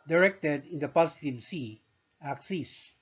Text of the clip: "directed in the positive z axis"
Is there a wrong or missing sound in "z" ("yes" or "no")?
yes